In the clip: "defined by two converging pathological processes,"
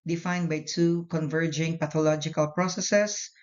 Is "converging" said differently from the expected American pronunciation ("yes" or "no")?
no